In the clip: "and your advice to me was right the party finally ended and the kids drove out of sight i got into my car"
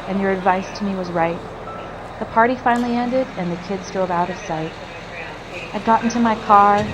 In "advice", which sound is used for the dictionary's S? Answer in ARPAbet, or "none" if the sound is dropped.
S